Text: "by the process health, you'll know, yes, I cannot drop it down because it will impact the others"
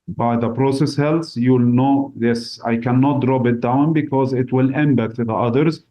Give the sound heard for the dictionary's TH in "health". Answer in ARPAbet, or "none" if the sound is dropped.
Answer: S